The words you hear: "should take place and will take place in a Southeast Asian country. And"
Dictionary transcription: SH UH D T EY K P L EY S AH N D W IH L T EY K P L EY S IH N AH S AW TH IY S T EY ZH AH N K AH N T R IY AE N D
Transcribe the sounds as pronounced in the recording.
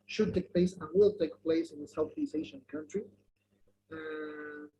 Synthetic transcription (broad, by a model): SH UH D T EY K P L EY S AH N W IH L T EY K P L EY S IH N AH S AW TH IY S EY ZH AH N K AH N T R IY